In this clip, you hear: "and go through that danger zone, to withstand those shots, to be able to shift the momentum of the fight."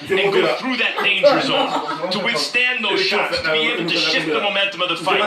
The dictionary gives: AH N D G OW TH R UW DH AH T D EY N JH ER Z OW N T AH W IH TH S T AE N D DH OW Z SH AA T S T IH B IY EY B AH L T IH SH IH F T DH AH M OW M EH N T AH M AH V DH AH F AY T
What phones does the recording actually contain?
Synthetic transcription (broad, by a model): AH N G OW TH R UW DH AH T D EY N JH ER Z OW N T AH W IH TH S T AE N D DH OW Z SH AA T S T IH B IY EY AH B T IH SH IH T DH AH M OW M EH N T AH M AH V DH AH F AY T